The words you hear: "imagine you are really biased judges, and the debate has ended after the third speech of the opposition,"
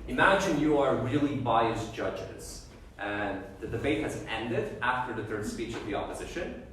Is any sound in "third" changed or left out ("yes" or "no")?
no